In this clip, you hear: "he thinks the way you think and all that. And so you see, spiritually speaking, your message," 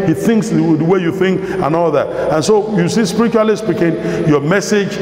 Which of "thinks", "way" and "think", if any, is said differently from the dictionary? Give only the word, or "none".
none